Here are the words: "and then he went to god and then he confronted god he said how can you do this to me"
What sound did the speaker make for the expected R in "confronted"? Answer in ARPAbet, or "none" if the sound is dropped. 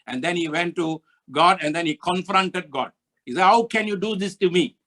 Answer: R